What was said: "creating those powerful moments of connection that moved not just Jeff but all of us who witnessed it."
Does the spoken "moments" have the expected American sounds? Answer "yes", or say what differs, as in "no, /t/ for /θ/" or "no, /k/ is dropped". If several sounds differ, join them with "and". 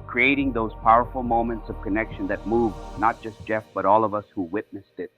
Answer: yes